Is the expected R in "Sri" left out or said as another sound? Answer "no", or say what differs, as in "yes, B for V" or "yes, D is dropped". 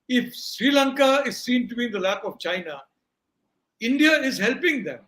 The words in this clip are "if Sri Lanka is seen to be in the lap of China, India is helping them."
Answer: no